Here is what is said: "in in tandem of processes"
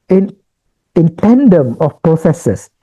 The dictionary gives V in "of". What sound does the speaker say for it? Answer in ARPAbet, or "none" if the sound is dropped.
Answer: F